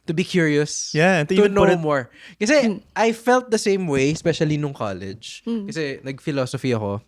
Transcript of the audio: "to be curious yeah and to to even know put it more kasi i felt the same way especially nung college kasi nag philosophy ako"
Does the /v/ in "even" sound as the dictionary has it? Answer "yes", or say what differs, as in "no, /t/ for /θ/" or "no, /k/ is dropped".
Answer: no, /v/ is dropped